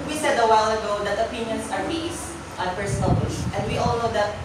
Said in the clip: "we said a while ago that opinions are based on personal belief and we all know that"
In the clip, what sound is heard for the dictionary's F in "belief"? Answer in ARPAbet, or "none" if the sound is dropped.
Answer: none